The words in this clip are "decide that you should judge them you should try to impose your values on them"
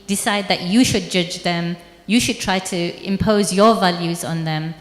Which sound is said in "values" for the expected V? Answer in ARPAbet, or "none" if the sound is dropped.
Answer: V